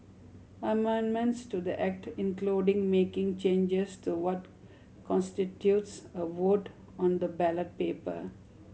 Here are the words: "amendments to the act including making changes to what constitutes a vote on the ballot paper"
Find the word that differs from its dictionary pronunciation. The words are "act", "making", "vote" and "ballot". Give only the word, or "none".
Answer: none